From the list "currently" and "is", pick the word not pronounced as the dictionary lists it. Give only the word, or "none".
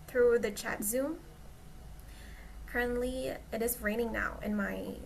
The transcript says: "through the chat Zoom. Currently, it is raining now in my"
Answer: none